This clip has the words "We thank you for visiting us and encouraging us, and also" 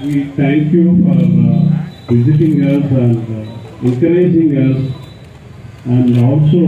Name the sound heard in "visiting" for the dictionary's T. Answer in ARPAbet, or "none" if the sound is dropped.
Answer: T